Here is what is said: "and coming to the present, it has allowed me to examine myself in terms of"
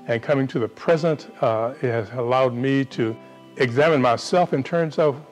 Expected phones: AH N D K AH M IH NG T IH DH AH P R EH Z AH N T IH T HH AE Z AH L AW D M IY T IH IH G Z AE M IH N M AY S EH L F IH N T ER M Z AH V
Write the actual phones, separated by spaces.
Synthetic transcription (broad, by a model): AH N K AH M IH NG T IH DH AH P R EH Z AH N T IH T HH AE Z AH L AW D M IY T IH IH G Z AE M IH N M AY S EH L F IH N T ER M Z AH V